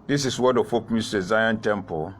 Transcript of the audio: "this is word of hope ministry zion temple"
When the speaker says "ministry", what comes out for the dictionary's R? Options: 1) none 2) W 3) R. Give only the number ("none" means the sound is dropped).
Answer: 1